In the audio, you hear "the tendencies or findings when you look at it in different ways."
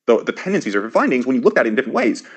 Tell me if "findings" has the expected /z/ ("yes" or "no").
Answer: yes